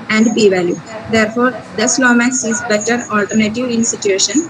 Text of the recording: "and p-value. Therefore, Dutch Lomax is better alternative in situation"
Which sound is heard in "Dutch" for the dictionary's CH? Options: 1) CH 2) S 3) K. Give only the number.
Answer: 2